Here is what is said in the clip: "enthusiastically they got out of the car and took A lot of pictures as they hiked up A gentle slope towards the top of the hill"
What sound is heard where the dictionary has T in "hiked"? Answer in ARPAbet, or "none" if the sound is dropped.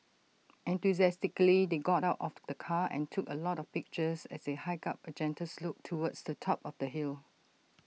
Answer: none